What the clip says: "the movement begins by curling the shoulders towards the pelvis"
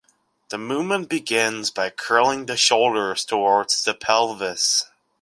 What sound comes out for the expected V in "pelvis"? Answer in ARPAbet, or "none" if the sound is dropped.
V